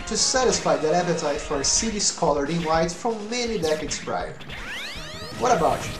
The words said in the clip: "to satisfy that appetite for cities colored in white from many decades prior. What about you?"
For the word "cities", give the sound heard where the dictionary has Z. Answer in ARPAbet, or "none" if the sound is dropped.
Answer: S